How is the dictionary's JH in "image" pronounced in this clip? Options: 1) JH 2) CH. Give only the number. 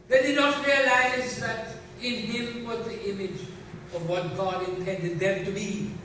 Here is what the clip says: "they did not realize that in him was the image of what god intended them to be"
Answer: 1